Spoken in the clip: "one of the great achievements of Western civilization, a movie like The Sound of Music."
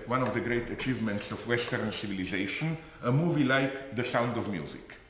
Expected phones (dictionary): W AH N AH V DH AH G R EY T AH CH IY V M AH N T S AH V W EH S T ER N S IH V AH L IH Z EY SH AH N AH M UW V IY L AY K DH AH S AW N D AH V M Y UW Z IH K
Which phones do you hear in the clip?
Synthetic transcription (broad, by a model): W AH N AH V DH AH G R EY T AH CH IY V M AH N T S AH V W EH S T ER N S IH V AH L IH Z EY SH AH N AH M UW V IY L AY K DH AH S AW N D AH V M Y UW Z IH K